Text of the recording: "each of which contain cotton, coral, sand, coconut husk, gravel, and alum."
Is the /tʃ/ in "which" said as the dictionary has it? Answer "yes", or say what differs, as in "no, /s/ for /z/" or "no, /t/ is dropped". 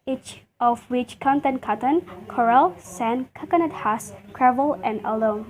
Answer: yes